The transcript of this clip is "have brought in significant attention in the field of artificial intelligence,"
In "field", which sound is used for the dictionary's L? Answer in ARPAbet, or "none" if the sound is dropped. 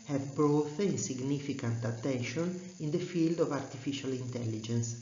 L